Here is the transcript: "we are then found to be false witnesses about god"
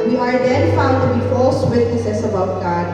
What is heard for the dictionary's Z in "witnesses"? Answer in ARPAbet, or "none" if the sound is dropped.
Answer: S